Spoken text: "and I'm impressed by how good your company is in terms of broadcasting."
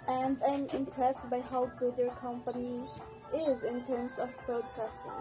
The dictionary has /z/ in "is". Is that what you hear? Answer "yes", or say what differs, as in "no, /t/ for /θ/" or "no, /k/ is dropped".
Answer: yes